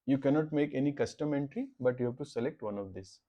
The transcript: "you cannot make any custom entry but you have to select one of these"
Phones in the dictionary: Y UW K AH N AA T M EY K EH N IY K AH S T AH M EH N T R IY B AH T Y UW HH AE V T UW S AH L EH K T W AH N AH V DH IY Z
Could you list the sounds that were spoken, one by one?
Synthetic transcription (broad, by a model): Y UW K AH N AA T M EY K EH N IY K AH S T AH M EH N T R IY B AH T Y UW HH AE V T UW S AH L EH K T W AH N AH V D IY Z